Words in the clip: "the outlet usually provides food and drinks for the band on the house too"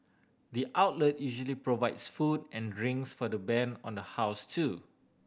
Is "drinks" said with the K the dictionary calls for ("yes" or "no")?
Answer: no